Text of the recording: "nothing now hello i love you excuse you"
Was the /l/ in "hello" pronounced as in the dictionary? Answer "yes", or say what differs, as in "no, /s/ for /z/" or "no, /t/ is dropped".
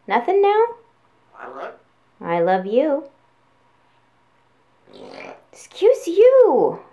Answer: no, /l/ is dropped